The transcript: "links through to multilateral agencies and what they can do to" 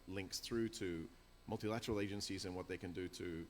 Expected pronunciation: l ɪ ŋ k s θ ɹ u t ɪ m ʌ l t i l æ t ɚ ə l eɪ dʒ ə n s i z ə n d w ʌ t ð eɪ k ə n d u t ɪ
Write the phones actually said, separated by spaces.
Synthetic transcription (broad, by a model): l ɪ ŋ k s θ ɹ u t ɪ m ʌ l t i l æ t ɚ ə l eɪ dʒ ə n s i z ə n w ʌ t ð eɪ k ə n d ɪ t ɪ